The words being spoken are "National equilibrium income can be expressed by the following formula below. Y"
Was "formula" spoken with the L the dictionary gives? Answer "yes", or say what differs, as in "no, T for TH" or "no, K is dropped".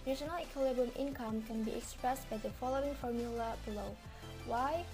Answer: yes